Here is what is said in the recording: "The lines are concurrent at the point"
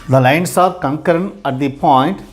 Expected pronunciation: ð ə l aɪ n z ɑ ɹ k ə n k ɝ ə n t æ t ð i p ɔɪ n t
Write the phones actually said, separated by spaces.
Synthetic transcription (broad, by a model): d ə l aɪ n s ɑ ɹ k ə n k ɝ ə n æ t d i p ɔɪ n t